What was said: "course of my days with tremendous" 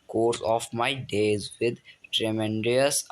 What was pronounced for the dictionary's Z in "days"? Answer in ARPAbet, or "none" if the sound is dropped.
Z